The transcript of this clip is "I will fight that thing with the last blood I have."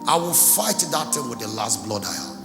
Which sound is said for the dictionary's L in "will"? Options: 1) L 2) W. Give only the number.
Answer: 1